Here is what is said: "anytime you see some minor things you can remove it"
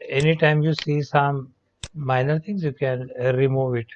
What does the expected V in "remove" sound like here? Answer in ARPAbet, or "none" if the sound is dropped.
V